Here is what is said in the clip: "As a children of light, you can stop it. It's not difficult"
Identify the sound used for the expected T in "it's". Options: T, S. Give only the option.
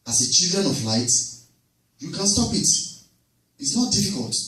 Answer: T